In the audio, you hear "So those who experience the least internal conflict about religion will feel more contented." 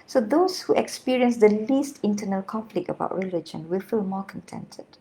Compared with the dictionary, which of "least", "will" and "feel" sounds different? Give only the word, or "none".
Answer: none